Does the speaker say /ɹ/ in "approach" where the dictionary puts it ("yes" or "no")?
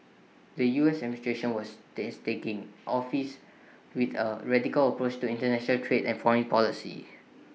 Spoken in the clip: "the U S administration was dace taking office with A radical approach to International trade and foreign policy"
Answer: yes